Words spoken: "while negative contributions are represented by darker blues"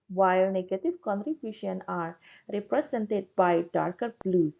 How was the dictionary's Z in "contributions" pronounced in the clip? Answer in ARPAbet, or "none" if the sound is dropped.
none